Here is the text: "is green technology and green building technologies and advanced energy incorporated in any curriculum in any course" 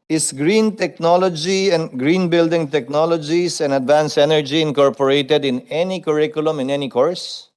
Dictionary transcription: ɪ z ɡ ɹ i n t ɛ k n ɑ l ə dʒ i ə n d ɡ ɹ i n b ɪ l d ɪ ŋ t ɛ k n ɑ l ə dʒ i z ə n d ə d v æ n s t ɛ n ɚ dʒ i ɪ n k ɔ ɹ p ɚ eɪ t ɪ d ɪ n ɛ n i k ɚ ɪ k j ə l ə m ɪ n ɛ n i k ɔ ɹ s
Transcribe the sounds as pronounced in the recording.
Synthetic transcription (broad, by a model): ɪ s ɡ ɹ i n t ɛ k n ɑ l ə dʒ i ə n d ɡ ɹ i n b ɪ l d ɪ ŋ t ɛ k n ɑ l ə dʒ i s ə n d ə d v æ n s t ɛ n ɚ dʒ i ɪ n k ɔ ɹ p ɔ eɪ t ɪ d ɪ n ɛ n i k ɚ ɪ k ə l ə m ɪ n ɛ n i k ɔ ɹ s